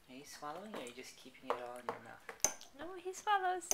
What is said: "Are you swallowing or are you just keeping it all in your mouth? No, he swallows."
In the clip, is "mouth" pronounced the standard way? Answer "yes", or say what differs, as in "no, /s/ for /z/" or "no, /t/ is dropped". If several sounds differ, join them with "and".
no, /f/ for /θ/